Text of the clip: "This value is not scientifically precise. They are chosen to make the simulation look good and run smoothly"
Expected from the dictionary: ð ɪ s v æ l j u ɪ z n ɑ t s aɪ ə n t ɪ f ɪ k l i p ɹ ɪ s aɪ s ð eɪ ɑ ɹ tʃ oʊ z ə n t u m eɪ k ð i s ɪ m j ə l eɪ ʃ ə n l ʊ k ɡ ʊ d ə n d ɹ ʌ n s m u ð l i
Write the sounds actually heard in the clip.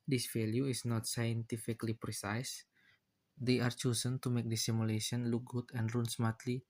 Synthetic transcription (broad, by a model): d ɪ s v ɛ l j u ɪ s n ɑ t s aɪ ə n t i f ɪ k l i p ɹ ɪ s aɪ s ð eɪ ɑ ɹ tʃ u s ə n t u m eɪ k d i s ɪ m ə l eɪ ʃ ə n l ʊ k ɡ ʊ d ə n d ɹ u n s m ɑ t l i